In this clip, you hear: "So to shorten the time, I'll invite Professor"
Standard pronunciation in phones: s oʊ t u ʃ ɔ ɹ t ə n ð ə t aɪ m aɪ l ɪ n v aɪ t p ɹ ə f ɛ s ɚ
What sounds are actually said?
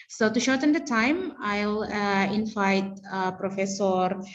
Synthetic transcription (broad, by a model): s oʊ t u ʃ ɔ ɹ t ə n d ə t aɪ m aɪ l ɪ n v aɪ t p ɹ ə f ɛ s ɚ